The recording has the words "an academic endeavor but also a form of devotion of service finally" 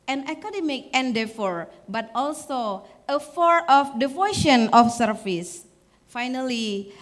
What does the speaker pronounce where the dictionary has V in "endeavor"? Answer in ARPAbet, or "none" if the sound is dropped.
F